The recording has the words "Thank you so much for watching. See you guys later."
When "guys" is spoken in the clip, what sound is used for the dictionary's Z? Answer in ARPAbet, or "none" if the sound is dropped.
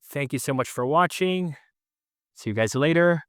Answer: Z